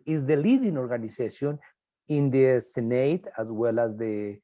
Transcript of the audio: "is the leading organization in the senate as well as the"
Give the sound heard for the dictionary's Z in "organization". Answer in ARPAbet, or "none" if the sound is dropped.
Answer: S